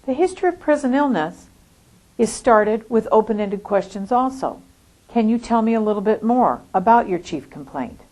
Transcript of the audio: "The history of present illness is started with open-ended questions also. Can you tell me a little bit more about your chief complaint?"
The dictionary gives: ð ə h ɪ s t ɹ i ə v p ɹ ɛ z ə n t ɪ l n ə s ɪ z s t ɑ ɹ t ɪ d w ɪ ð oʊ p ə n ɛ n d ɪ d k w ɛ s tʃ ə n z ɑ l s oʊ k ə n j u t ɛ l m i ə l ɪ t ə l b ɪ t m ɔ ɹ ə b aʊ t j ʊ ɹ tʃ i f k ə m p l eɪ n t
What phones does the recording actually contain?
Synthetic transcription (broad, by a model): ð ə h ɪ s t ɹ i ə v p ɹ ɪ z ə n ɪ l n ə s ɪ z s t ɑ ɹ t ɪ d w ɪ ð oʊ p ə n ɛ n d ɪ d k w ɛ s tʃ ə n z ɑ l s oʊ k ə n j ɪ t ɛ l m i ə l ɪ t l b ɪ t m ɔ ɹ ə b aʊ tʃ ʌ ɹ tʃ i f k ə m p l eɪ n t